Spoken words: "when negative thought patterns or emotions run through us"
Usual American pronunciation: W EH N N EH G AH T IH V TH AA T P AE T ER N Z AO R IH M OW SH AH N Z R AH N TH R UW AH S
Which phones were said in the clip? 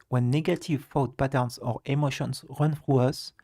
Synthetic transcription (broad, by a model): W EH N N EH G AH T IH V F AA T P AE T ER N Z AO R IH M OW SH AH N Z R AH N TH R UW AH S